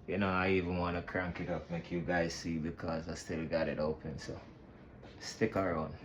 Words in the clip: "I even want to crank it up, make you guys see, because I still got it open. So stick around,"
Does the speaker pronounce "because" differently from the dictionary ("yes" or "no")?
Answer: no